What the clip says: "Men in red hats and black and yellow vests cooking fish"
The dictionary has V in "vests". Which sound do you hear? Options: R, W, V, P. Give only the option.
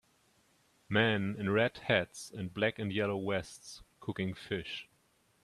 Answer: W